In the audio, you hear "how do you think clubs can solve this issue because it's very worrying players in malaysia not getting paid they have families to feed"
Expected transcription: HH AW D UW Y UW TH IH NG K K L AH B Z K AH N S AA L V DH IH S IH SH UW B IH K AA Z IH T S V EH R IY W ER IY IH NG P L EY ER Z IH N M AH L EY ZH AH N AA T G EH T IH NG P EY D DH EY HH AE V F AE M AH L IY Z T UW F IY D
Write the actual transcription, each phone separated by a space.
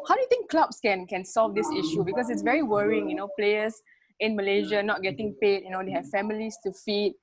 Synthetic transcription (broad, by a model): HH AW D UW Y UW T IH NG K K L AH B S K AH N S AA L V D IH S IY SH UW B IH K AA S IH T S V EH R IY W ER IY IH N P L EY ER S IH N M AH L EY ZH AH N AA T G EH T IH NG P EY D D EY HH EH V F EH M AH L IY S T UW F IY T